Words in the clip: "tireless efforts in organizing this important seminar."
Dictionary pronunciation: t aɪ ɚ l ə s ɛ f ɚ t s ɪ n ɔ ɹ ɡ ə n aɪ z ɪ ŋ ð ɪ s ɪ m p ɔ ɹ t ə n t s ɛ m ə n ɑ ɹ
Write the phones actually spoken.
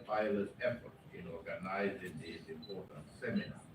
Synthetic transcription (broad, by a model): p aɪ l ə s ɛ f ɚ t ɪ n ɔ ɹ ɡ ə n aɪ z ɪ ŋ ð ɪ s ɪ m p ɔ ɹ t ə n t s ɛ m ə n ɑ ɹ